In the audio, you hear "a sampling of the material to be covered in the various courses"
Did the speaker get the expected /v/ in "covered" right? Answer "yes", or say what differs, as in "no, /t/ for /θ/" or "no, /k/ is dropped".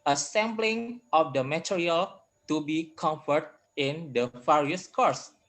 no, /f/ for /v/